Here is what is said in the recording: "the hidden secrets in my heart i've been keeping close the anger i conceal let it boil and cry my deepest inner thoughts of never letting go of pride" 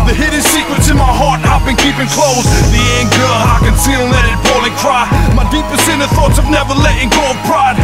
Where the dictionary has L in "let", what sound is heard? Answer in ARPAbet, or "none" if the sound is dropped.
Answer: N